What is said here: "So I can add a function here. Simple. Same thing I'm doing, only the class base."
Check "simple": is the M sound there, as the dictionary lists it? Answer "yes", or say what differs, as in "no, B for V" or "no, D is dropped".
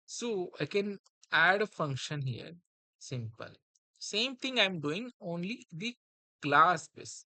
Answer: yes